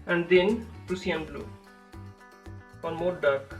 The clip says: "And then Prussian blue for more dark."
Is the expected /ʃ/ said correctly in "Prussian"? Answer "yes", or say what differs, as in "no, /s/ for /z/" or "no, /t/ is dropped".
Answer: no, /s/ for /ʃ/